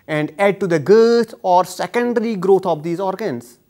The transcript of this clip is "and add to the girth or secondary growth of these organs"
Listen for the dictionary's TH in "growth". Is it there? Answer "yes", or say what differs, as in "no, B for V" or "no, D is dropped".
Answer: no, T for TH